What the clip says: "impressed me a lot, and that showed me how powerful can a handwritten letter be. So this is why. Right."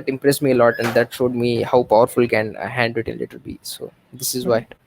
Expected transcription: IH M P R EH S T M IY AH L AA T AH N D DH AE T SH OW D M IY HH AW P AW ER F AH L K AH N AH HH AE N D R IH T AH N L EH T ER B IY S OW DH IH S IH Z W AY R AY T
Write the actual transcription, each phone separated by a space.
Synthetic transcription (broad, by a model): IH M P R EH S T M IY AH L AA T AH N D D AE T SH OW D M IY HH AW P AW ER F AH L K AH N HH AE N D IH T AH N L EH T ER B IY S OW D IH S IH Z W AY AY